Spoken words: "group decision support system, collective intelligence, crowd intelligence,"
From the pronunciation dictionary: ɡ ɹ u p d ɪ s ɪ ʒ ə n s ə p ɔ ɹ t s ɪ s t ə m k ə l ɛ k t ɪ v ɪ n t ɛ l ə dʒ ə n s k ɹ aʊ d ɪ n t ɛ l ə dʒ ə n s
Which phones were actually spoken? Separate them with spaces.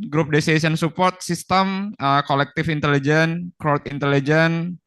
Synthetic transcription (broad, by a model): ɡ ɹ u p d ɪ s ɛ s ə n s ə p ɔ ɹ t s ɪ s t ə m k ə l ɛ k t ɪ f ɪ n t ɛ l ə dʒ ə n k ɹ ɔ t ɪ n t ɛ l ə dʒ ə n